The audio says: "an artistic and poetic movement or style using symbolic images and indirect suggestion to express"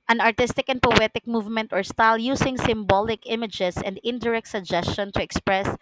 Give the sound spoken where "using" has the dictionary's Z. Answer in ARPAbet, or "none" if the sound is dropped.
S